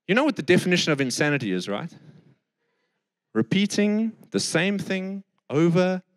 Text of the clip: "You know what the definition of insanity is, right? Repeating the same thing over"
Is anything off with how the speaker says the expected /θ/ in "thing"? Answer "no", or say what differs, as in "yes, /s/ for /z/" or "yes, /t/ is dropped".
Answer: no